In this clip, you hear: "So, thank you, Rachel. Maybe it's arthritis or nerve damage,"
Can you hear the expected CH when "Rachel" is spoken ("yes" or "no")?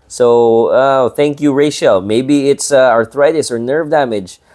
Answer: no